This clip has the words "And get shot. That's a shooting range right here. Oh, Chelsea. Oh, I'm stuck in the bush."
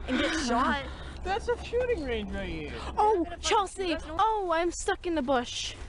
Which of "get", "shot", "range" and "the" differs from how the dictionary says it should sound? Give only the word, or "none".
shot